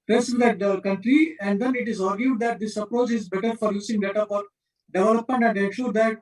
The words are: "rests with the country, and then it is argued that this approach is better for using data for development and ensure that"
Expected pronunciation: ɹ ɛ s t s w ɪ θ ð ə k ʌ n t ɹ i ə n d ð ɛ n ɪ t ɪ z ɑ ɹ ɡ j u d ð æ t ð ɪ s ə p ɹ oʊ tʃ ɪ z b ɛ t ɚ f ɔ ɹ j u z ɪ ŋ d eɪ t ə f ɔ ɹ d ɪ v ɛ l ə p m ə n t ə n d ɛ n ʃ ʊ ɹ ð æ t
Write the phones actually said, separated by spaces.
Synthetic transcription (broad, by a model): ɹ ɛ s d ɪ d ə k ʌ n t ɹ i ə n d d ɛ n ɪ t ɪ z ɑ ɹ ɡ j u d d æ t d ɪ s ə p ɹ oʊ tʃ ɪ z b ɛ t ɚ f ɔ ɹ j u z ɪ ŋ d eɪ t ə f ɔ ɹ d ɪ v ɛ l ə p m ə n t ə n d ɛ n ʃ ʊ ɹ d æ t